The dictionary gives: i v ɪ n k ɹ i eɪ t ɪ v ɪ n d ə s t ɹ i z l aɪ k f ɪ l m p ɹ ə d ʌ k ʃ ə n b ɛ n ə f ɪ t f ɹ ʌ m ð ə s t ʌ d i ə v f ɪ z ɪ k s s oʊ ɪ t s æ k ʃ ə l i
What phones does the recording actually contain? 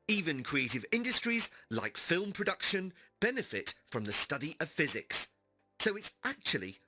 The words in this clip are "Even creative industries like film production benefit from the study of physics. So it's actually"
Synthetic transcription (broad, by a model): i v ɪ n k ɹ i eɪ t ɪ v ɪ n d ə s t ɹ i z l aɪ k f ɪ l m p ɹ ə d ʌ k ʃ ə n b ɛ n ə f ɪ t f ɹ ʌ m ð ə s t ʌ d i ə v f ɪ z ɪ k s s oʊ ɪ t s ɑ k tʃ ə l i